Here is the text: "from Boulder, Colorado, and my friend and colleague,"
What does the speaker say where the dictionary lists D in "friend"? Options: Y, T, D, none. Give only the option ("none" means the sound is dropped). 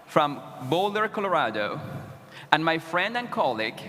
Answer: D